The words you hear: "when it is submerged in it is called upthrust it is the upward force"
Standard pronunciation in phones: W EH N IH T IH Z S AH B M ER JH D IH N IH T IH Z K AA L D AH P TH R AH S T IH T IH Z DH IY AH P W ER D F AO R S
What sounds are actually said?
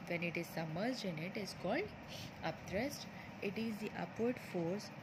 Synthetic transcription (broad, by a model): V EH N IH T IH Z S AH M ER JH IH N IH T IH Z K AA L D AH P T R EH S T IH T IH Z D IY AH P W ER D F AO R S